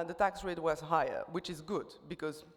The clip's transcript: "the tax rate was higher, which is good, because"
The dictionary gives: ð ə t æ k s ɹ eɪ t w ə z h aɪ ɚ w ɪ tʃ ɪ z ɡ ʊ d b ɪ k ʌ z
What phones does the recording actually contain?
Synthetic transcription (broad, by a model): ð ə t æ k s ɹ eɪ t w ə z h aɪ ɚ w ɪ tʃ ɪ z ɡ ʊ d b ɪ k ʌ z